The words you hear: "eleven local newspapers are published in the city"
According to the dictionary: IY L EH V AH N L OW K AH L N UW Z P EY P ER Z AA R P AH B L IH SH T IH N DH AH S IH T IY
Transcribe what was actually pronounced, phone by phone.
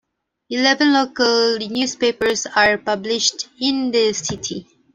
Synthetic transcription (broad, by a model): IY L EH V AH N L OW K AH L N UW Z P EY P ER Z AA R P AH B L IH SH T IH N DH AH S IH T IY